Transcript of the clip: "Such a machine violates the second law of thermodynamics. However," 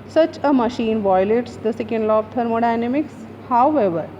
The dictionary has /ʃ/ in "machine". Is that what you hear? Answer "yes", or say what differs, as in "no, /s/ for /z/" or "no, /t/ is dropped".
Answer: yes